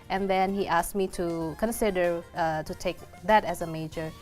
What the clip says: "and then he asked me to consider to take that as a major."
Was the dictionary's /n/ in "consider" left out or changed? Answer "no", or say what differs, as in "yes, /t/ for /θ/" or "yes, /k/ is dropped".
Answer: no